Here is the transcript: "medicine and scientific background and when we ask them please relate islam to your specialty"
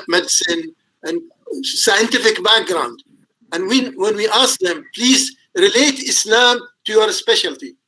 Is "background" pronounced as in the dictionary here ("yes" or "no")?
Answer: yes